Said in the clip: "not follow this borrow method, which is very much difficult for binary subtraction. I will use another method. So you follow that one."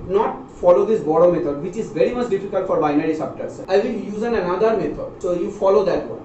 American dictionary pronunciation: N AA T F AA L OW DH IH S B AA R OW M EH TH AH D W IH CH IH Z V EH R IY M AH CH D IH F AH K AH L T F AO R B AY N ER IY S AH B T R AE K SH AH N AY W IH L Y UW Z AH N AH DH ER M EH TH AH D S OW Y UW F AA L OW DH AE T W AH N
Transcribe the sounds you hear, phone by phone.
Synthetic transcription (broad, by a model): N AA T F AA L OW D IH S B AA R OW M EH T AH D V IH CH IH Z V EH R IY M AH CH D IH F AH K AH L T F AO R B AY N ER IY S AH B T AH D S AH IH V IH L Y UW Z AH N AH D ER M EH T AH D S OW Y UW F AA L OW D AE T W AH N